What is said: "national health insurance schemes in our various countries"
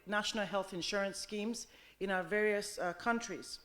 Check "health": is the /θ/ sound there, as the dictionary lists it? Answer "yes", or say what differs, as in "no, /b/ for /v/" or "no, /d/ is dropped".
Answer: yes